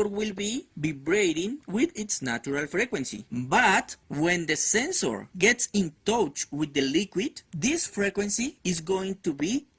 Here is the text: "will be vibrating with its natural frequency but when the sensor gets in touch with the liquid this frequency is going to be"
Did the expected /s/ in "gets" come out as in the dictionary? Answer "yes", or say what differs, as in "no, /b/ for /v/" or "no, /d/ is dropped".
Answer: yes